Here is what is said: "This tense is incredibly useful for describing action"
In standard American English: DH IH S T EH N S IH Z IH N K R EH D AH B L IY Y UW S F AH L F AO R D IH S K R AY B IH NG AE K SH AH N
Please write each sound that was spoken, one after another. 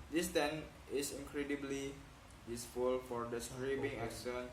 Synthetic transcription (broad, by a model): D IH S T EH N IH S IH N K R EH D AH B L IY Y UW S F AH L F AO R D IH S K R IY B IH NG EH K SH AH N